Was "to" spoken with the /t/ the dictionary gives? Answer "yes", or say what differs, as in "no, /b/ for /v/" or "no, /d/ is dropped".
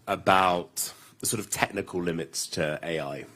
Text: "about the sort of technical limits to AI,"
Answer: yes